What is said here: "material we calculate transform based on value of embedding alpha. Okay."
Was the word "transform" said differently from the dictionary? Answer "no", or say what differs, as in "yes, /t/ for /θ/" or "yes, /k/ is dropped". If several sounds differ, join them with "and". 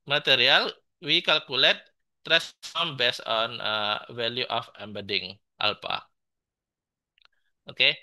yes, /n/ is dropped